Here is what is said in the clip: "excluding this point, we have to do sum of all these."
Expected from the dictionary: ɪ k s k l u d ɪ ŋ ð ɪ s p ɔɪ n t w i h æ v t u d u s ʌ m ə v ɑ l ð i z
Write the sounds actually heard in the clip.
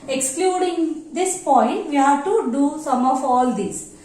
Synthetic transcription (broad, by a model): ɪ k s k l u d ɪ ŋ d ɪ s p ɔɪ n t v i h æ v t u d u s ʌ m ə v ɑ l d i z